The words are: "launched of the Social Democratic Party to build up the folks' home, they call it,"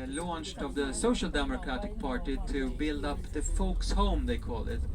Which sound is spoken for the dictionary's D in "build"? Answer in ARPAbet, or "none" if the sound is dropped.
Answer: D